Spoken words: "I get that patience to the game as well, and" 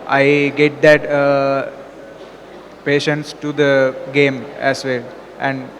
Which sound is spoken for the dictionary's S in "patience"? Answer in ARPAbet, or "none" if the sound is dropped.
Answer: S